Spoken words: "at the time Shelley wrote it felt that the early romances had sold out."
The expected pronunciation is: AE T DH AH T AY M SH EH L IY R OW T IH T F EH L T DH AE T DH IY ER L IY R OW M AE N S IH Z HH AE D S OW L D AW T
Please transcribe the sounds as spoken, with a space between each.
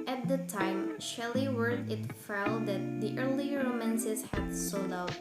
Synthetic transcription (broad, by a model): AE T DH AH T AY M SH EH L IY W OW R IH T F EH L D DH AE T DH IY ER L IY R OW M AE N S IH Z HH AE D S OW L D AW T